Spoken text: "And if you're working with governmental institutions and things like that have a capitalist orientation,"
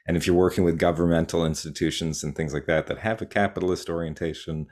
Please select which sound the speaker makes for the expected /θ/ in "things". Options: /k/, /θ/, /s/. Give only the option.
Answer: /θ/